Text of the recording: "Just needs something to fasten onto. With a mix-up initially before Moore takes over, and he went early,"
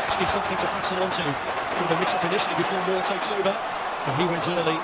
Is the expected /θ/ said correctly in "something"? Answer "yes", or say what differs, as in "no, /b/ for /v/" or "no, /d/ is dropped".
yes